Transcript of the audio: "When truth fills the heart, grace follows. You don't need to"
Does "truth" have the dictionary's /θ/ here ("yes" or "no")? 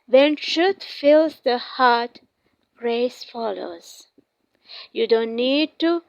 no